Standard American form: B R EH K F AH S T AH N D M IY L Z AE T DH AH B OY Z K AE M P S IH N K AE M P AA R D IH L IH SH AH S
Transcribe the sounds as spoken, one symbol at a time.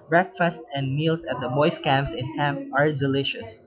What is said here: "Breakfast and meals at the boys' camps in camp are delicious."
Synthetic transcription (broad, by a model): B R EH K F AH S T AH N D M IY L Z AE T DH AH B OY S K AE M P S IH N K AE M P AA R D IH L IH SH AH S